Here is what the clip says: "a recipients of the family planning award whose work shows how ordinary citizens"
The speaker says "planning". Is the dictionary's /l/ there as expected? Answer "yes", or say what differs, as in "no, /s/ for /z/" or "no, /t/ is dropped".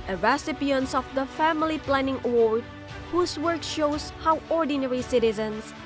yes